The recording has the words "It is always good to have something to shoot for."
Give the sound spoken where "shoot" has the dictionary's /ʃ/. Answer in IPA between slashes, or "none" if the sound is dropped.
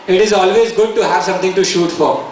/ʃ/